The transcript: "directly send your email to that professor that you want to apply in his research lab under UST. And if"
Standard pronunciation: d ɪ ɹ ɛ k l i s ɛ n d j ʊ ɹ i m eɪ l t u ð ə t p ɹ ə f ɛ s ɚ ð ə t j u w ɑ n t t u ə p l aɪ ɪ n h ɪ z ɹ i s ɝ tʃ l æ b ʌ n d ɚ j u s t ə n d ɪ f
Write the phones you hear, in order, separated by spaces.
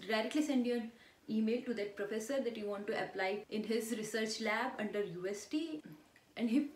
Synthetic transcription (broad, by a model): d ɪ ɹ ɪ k l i s ɛ n d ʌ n i m eɪ l t u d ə t p ɹ ə f ɛ s ɚ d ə t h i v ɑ n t t u ə p l aɪ ɪ n h ɪ z ɹ i s ɝ tʃ l æ b ʌ n d ɚ j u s t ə n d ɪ